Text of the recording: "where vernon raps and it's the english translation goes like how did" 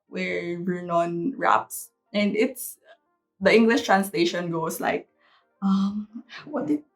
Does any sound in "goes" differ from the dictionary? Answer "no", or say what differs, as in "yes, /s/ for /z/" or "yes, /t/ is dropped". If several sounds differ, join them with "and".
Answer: yes, /s/ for /z/